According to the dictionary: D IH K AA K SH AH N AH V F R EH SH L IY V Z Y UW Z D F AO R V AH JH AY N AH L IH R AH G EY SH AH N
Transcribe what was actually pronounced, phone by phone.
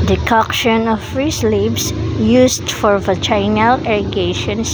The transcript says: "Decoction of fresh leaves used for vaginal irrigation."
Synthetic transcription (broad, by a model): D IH K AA K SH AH N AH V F R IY S L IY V S Y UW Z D F AO R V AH CH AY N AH L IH R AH G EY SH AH N